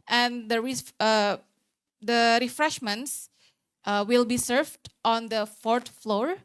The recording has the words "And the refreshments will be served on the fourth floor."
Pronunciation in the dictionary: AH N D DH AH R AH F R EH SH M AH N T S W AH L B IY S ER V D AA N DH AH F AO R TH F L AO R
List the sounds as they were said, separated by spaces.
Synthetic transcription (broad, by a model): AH N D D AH R AH F R EH SH M AH N T S W AH L B IY S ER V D AA N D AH F AO R T F L AO R